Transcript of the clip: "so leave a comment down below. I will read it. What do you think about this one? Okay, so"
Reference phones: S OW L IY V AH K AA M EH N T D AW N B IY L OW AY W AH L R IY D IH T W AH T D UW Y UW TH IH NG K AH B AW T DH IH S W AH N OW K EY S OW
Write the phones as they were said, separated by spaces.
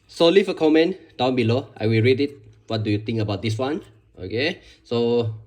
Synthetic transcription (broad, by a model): S OW L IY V AH K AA M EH N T D AW N B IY L OW AY W AH L R IY D IH T W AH T D UW Y UW T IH NG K AH B AW T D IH S W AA N OW K EY S OW